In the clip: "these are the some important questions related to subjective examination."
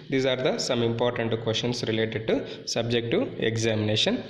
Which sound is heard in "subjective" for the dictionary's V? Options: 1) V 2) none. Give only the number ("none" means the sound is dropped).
2